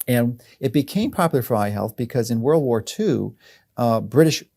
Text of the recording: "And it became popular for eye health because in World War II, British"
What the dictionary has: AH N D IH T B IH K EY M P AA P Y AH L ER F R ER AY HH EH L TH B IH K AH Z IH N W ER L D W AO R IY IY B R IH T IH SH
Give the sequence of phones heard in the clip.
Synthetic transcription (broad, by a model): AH N IH T B IH K EY M P AA P Y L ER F R AY HH EH L TH B IH K AH Z IH N W ER L D W AO R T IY B R IH T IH SH